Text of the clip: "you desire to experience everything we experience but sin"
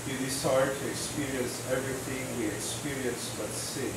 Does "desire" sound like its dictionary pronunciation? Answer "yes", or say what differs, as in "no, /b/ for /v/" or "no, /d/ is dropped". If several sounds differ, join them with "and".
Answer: no, /s/ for /z/